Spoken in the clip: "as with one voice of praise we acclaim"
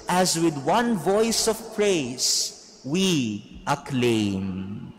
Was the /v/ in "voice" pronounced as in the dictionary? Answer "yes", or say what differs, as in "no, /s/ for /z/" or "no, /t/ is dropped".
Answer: yes